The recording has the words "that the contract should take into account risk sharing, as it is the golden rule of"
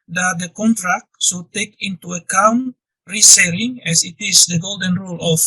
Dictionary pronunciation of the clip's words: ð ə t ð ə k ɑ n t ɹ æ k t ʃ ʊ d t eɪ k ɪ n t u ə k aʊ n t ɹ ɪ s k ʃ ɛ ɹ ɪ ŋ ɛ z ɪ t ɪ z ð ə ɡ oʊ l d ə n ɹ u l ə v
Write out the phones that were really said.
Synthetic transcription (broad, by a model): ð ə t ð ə k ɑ n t ɹ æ k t s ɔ t eɪ k ɪ n t u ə k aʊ n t ɹ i s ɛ l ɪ ŋ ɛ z ɪ t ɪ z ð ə ɡ oʊ l d ə n ɹ u l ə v